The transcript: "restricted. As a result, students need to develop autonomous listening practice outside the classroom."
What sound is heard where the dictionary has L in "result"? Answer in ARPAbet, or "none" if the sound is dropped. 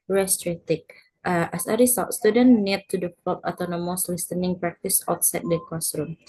none